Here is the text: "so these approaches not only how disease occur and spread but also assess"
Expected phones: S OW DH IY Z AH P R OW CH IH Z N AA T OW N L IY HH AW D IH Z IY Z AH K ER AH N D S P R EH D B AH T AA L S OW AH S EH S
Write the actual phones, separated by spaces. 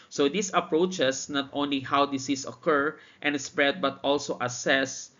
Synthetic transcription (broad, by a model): S OW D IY S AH P R OW CH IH S N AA T OW N L IY HH AW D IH S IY S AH K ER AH N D S P R EH D B AH T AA L S OW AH S EH S